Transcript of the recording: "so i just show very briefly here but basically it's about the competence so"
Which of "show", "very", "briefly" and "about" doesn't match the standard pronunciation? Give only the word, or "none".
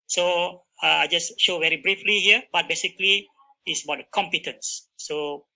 none